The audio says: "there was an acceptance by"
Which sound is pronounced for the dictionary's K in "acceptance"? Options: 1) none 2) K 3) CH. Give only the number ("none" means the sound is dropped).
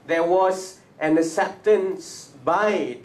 1